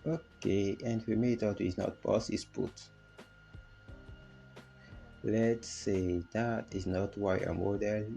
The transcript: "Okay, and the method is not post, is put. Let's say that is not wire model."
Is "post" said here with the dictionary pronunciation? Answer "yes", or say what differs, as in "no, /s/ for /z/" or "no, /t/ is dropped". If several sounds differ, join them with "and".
no, /t/ is dropped